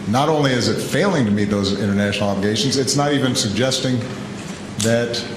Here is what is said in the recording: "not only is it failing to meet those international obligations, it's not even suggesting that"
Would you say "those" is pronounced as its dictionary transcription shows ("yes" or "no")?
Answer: yes